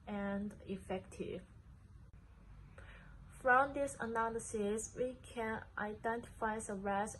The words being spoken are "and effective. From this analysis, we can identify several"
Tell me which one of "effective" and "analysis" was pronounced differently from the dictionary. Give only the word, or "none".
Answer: none